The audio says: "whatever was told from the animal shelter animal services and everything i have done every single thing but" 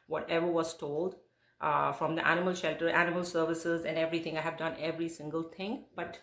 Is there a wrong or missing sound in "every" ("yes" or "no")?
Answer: no